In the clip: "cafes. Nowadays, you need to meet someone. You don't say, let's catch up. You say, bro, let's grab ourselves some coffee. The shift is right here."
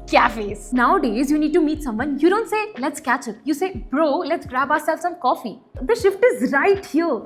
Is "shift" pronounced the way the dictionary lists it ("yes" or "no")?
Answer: yes